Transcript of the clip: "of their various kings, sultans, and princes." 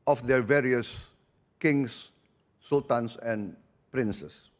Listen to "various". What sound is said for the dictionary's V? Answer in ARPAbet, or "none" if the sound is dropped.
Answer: V